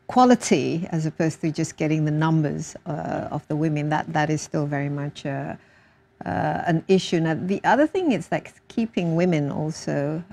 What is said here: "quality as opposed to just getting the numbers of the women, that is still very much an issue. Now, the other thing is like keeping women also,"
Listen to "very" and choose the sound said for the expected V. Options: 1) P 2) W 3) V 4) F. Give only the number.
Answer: 3